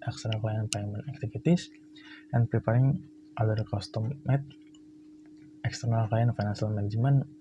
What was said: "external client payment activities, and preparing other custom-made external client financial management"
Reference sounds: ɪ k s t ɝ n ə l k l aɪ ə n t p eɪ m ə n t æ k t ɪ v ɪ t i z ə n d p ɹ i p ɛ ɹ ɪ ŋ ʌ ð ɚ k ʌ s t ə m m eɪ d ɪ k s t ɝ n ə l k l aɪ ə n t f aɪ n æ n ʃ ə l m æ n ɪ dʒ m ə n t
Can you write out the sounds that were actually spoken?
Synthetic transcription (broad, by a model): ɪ k s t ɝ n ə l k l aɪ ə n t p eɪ m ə n æ k t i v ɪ t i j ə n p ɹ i p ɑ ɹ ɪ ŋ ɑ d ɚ k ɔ s t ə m m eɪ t ɪ k s t ɝ n ə l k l aɪ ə n f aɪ n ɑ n s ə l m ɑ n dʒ m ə n